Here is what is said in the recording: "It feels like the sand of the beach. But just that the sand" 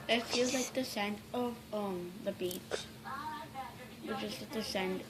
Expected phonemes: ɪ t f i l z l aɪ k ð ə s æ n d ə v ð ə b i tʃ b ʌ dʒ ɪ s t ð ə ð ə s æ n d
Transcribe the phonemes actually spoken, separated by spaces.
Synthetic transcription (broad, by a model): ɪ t f i l z l aɪ k ð ə s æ n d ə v ð ə b i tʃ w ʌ tʃ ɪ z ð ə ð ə s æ n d